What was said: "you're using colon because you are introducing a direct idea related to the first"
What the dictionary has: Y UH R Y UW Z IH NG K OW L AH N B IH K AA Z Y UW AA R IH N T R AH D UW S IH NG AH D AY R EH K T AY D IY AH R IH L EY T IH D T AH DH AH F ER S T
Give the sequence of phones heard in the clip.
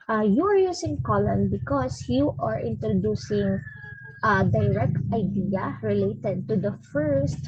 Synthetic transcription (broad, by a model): Y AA R Y UW S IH NG K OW L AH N B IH K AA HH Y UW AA R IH N T R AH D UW S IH NG AH D AY R EH K T AY D IY AH R IH L EY T IH D T AH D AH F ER S T